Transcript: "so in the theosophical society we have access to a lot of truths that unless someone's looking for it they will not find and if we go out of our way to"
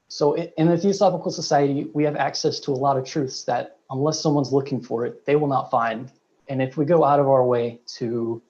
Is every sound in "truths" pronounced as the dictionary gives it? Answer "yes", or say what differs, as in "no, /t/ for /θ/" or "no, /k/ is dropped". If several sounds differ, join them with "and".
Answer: yes